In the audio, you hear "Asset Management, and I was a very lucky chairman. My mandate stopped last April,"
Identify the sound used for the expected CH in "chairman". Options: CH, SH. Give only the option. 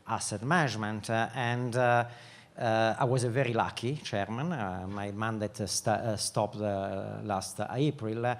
CH